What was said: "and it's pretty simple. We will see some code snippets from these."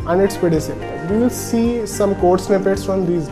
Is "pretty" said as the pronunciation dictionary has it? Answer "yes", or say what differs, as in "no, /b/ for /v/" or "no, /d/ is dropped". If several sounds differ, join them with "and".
no, /ɹ/ is dropped